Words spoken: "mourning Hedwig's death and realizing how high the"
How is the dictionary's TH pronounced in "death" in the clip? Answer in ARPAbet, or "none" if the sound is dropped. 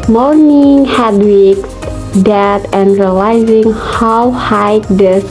T